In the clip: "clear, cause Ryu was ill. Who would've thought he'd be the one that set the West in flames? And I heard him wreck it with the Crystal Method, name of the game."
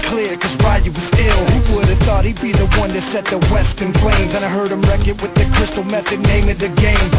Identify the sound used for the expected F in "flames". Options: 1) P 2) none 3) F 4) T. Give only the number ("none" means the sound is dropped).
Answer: 1